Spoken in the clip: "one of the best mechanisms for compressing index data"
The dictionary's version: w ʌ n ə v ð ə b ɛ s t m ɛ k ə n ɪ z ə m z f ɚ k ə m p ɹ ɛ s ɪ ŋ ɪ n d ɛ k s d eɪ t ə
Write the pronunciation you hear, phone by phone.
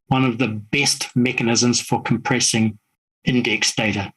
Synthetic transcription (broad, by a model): w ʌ n ə v ð ə b ɛ s t m ɛ k ə n ɪ z ə m z f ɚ k ə m p ɹ ɛ s ɪ ŋ ɪ n d ɛ k s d eɪ t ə